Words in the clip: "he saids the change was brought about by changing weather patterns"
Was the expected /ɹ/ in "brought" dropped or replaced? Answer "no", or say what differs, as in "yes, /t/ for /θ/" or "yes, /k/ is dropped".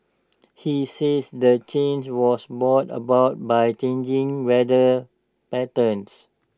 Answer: yes, /ɹ/ is dropped